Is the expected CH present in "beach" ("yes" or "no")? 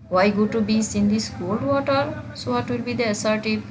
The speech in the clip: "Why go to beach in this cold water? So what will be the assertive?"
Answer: no